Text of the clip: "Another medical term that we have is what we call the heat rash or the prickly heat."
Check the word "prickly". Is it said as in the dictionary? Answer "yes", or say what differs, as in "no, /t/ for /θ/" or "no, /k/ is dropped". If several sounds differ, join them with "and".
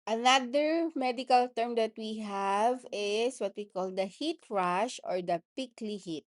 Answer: no, /ɹ/ is dropped